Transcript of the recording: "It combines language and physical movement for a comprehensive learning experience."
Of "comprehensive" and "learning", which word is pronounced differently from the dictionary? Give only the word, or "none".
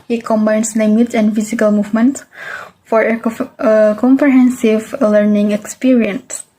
none